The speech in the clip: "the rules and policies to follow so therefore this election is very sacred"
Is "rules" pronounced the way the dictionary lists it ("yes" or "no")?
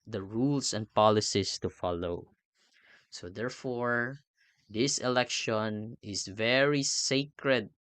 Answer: no